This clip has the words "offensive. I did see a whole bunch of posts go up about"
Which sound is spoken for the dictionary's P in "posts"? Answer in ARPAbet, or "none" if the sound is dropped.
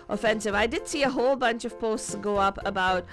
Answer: P